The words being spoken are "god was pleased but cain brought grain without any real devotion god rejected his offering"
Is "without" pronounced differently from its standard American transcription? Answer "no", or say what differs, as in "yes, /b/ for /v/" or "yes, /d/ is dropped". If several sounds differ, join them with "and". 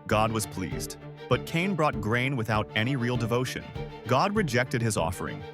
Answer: no